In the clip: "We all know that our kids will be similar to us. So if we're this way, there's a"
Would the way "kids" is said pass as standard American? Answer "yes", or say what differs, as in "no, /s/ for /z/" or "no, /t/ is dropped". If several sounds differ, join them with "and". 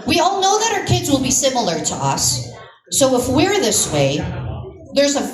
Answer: yes